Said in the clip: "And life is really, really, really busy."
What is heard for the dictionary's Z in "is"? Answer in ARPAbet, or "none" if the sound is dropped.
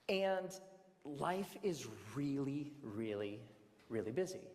Z